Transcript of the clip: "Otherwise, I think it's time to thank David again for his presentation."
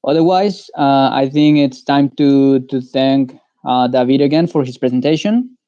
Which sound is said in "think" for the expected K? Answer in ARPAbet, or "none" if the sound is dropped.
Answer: K